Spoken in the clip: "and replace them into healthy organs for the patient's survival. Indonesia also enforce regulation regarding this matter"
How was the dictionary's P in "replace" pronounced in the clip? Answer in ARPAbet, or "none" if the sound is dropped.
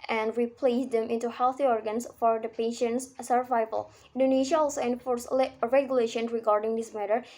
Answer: P